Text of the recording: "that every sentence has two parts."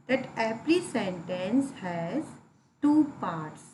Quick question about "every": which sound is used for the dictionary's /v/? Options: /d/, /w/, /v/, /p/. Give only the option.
/p/